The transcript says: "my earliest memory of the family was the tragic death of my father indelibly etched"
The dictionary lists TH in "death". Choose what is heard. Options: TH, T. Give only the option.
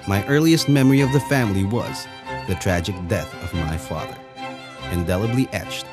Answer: TH